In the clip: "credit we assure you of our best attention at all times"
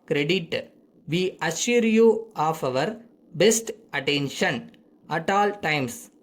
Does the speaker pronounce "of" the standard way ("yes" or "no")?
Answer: yes